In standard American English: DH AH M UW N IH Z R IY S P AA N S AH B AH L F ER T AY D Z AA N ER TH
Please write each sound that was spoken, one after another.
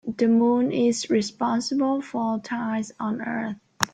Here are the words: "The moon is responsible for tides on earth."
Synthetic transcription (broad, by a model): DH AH M UW N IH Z R IY S P AA N S AH B AH L F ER T AY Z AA N ER TH